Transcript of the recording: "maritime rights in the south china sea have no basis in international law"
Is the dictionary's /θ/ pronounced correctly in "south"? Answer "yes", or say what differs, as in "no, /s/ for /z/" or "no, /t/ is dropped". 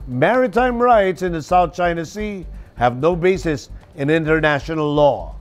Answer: yes